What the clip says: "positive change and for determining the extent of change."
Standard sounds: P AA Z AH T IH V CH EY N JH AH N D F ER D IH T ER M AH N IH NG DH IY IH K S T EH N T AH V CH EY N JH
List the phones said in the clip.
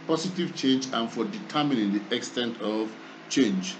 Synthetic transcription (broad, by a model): P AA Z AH T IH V CH EY N JH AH N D F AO D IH T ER M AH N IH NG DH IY IH K S T EH N T AH V CH EY N JH